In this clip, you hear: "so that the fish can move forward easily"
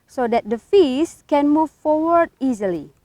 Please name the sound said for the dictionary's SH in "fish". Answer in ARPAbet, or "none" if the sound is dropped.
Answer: S